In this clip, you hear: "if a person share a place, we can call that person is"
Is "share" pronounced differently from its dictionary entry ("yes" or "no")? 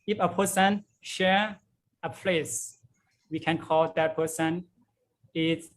no